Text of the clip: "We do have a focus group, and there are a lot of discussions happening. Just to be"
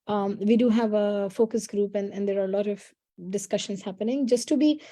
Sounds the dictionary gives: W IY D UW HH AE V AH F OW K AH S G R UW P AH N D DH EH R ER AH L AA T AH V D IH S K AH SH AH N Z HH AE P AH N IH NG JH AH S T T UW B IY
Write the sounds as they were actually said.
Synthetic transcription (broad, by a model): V IY D UW HH AE V AH F OW K AH S G R UW P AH N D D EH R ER AH L AA T AH V D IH S K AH SH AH N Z HH AE P AH N IH NG JH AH S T T UW B IY